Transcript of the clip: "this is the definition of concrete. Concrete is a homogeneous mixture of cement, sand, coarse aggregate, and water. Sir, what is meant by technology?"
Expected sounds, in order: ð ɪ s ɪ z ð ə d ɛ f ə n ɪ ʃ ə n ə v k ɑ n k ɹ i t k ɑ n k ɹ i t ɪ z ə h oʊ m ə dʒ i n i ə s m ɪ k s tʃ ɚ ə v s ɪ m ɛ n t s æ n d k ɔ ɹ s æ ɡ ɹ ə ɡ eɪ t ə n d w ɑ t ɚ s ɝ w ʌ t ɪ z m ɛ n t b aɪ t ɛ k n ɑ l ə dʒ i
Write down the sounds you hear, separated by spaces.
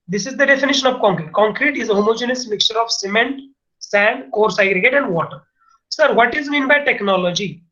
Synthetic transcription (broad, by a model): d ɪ s ɪ z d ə d ɛ f ə n ɪ ʃ ə n ə v k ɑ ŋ k ɹ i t k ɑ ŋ k ɹ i t ɪ z ə h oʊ m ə dʒ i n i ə s m ɪ k s tʃ ɚ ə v s ɪ m ɛ n t s æ n d k ɔ ɹ s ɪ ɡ ɹ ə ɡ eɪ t ə n d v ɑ t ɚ s ɝ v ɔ t ɪ z m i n b aɪ t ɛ k n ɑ l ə dʒ i